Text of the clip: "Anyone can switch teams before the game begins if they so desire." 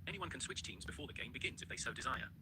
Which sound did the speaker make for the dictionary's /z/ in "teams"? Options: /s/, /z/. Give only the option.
/z/